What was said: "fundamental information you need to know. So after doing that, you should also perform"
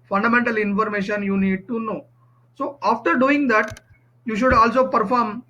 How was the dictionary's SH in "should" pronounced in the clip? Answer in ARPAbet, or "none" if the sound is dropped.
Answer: SH